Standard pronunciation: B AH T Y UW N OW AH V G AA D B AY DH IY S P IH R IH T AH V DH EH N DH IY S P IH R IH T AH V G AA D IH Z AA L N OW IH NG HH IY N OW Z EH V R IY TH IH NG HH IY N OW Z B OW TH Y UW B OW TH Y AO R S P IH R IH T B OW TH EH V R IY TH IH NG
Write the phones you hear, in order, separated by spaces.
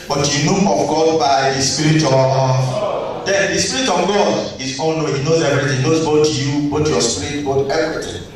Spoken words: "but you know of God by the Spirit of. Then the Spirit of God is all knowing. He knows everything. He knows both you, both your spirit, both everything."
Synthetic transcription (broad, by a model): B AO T Y UW N OW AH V G AA D B AY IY S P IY R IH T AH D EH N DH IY S P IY R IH T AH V G AA D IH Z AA N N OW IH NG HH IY N OW Z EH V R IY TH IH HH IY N OW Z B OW T Y UW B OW T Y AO S P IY R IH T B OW T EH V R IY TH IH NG